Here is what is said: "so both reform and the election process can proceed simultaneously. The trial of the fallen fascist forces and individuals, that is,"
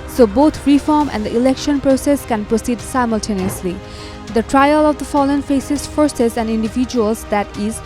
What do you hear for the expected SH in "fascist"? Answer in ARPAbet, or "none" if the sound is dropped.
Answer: S